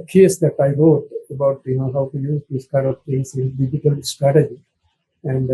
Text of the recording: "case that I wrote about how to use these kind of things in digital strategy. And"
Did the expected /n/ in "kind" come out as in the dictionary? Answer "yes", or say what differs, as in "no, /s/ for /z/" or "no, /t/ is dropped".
no, /n/ is dropped